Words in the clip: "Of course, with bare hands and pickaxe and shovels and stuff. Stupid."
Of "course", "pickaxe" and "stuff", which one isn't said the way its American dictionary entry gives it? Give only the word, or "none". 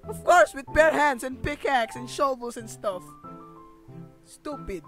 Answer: none